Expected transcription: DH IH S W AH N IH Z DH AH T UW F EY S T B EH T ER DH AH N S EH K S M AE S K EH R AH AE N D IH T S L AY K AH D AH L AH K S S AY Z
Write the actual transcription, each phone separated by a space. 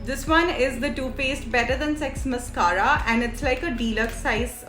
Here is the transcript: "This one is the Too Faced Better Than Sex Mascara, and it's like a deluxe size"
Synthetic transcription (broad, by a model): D IH S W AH N IH Z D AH T UW P EY S T B EH T ER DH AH N S EH K S M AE S K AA R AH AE N D IH T S L AY K AH D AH L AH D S S AY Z